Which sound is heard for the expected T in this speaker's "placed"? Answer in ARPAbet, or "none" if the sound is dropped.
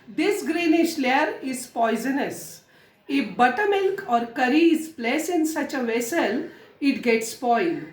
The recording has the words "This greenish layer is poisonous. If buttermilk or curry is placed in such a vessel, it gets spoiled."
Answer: none